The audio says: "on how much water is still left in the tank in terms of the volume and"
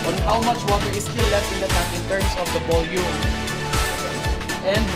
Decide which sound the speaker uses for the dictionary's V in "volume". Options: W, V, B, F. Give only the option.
B